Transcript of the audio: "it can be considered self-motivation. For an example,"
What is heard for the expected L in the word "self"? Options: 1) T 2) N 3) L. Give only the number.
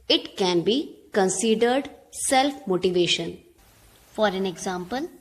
3